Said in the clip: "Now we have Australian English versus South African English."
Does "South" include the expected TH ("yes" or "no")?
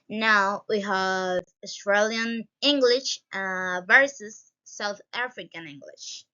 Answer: yes